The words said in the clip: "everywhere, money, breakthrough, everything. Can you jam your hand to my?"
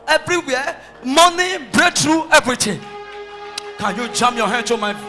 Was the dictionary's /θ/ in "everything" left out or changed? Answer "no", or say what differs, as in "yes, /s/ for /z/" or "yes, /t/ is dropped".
yes, /t/ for /θ/